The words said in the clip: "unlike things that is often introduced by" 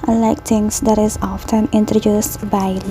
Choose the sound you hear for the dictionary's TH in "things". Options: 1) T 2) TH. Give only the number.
1